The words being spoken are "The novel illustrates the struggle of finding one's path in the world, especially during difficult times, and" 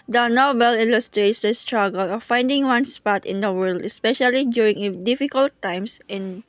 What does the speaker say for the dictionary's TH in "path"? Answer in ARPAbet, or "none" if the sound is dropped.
T